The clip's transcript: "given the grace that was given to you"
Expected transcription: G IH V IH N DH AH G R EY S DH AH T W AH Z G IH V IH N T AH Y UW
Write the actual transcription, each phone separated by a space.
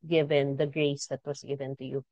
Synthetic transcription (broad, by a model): G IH V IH N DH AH G R EY S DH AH T W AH S G IH V IH N T AH Y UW